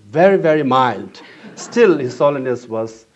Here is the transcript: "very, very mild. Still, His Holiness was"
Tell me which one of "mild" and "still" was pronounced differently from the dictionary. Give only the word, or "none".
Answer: none